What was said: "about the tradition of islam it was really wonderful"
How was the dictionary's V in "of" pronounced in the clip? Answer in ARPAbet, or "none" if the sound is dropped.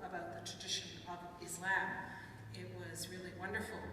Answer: V